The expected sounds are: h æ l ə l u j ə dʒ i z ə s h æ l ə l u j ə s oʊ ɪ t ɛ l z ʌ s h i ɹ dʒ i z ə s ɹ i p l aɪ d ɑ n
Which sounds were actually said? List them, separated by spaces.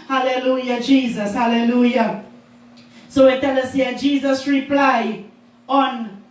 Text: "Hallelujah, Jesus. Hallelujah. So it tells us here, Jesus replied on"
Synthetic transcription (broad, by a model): h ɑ l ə l u j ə dʒ i z ə s h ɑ l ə l u j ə s oʊ ɪ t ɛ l ʌ s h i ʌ dʒ i z ə s ɹ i p l aɪ ɑ n